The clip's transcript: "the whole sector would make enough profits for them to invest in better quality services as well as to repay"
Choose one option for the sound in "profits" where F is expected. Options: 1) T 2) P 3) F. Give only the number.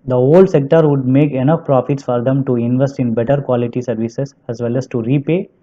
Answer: 3